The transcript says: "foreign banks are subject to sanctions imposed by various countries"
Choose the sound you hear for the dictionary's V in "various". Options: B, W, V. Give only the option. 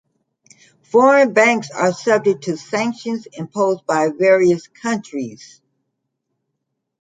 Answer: V